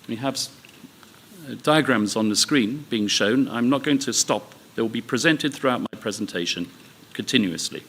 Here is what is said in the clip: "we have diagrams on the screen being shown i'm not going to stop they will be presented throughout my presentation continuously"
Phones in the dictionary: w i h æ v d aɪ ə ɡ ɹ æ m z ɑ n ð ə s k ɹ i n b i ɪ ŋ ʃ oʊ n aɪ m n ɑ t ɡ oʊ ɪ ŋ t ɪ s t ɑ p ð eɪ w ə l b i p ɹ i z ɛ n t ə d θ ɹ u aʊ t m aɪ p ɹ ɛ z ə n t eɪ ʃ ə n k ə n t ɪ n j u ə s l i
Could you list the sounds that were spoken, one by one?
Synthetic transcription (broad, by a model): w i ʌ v d aɪ ə ɡ ɹ æ m z n ð ə s k ɹ i n b i ɪ ŋ ʃ oʊ n aɪ m n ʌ t ɡ oʊ ɪ ŋ t ɪ s t ɑ p ð eɪ w ə l b i p ɹ i z ɛ n t ə d θ ɹ u aʊ t m aɪ p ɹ ɛ z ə n t eɪ ʃ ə n k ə n t ɪ n j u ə s l i